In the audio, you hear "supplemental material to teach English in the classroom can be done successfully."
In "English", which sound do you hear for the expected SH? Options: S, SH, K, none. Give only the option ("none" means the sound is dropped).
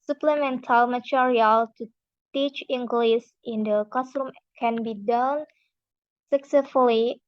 S